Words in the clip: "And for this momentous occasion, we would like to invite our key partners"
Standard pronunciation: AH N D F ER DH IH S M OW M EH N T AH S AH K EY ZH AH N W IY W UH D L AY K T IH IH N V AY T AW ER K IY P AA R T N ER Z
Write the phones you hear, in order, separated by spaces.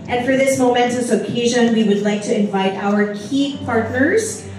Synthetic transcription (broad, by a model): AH N F ER DH IH S M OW M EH N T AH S AH K EY ZH AH N W IY W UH D L AY K T IH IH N V AY T AW ER K IY P AA R T N ER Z